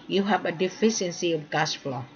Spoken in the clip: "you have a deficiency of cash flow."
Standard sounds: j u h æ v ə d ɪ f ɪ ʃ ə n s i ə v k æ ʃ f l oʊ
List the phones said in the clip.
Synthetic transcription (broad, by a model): j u h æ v ə d ɪ f ɪ ʃ ə n s i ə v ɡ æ s f l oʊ